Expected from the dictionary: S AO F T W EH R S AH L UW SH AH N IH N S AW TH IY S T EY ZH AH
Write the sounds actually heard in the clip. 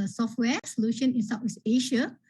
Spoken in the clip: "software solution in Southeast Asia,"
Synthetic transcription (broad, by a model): S AO F T W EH S AH L UW SH AH N IH N S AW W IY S EY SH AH